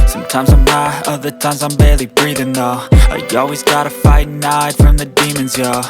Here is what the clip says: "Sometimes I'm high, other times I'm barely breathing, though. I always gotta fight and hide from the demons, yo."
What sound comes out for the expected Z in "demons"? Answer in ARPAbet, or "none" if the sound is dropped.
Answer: Z